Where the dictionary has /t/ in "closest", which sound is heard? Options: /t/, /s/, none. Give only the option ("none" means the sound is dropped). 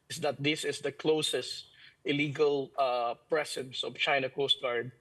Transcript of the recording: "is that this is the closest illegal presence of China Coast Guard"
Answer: /t/